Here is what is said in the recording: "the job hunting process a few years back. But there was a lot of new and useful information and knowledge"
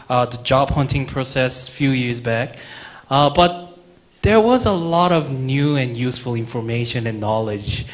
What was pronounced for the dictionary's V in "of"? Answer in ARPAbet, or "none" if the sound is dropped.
V